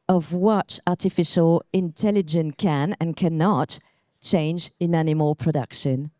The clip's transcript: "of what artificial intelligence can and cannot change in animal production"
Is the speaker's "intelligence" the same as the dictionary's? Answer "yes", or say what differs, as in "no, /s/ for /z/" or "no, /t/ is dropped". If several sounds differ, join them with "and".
no, /s/ is dropped